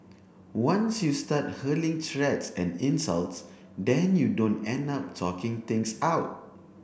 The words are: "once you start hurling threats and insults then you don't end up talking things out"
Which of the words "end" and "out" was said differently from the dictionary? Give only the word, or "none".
none